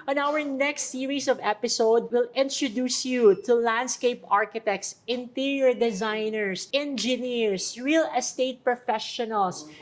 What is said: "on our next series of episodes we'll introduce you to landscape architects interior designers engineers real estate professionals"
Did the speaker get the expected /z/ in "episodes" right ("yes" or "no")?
no